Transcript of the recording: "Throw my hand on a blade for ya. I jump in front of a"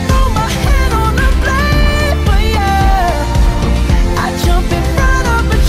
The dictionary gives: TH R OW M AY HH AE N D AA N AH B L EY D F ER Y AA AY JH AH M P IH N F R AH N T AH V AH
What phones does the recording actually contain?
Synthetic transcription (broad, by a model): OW M AY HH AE D AA N AH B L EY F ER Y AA AY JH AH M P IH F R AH T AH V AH